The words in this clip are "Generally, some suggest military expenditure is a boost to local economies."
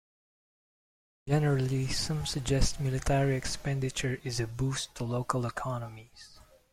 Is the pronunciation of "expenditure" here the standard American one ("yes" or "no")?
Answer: yes